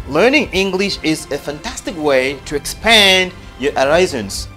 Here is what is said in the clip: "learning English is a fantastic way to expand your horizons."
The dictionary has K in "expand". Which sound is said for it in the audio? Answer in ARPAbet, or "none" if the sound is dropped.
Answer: K